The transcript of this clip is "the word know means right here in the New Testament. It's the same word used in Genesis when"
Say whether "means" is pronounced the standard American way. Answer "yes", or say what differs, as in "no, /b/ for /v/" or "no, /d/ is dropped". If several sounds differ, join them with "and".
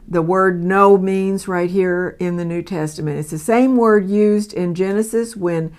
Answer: yes